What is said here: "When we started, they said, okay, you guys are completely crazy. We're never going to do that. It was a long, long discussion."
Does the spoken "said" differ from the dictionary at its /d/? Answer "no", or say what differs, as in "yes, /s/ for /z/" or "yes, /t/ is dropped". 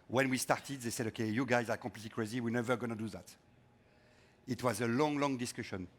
no